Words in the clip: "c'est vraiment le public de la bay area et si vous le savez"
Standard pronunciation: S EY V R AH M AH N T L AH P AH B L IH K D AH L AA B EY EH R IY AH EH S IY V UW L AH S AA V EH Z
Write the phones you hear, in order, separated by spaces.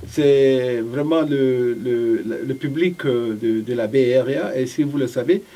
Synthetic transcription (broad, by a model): S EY V R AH M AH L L L AH P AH B L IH K D AH L AA B EY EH R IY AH S IY V UW L AH S AA V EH